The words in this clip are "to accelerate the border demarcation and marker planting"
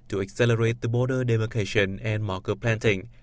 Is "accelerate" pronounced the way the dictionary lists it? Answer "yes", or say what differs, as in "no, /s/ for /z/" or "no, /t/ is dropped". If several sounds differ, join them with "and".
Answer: yes